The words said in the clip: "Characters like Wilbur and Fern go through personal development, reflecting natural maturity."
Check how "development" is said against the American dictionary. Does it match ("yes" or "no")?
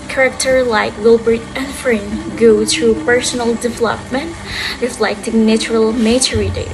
yes